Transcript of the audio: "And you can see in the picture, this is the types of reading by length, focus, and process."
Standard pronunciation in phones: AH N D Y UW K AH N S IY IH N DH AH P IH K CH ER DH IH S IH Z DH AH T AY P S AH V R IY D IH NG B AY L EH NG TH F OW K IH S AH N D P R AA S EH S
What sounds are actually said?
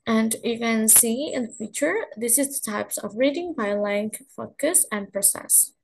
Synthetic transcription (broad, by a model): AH N D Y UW K AH N S IY IH N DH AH F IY CH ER DH IH S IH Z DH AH T AY P S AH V R IY D IH NG B AY L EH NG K F OW K IH S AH N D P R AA S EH S